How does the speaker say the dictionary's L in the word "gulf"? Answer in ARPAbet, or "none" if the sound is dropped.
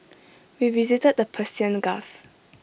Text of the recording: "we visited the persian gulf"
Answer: none